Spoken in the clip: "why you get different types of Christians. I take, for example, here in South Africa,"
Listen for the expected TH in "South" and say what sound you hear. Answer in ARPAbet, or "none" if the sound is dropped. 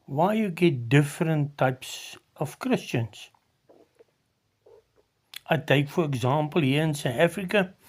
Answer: T